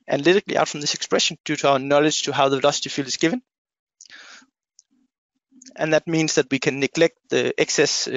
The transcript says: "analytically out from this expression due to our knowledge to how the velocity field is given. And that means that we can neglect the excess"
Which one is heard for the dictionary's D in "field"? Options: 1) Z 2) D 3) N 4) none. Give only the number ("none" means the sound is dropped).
4